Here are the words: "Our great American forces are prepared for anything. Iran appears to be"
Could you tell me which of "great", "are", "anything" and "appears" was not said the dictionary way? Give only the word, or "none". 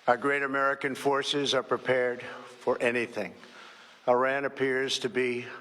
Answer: none